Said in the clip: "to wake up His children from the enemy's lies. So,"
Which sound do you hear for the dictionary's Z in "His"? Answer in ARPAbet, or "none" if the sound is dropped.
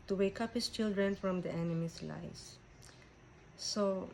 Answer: S